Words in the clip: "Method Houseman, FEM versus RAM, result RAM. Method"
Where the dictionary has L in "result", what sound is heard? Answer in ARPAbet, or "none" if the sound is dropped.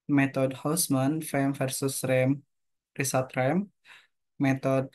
none